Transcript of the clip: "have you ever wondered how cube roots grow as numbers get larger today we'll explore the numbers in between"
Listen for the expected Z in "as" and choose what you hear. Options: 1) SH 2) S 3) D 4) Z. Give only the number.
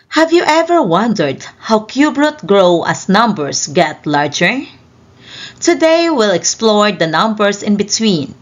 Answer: 2